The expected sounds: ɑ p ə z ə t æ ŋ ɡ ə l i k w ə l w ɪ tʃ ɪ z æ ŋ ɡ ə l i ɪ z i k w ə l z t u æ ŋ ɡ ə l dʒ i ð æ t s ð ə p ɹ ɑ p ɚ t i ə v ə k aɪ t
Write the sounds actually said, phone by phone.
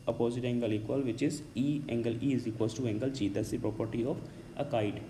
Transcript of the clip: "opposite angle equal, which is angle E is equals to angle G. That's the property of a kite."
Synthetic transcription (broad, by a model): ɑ p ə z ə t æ ŋ ɡ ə l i k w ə l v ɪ tʃ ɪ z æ ŋ ɡ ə l i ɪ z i k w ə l s t u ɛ ŋ ɡ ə l tʃ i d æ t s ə p ɹ ɑ p ɚ t i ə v ə k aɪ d